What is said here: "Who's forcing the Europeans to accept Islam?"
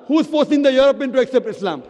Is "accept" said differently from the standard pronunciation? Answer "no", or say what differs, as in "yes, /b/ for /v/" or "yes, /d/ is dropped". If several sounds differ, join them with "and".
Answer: no